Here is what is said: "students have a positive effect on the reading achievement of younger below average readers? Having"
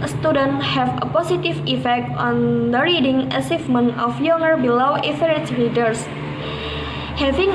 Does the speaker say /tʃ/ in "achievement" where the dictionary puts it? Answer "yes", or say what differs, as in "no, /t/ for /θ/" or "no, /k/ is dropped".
no, /s/ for /tʃ/